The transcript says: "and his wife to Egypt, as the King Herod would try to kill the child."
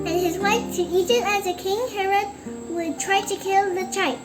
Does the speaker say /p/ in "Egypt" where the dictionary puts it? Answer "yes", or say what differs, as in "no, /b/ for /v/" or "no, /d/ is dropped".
no, /p/ is dropped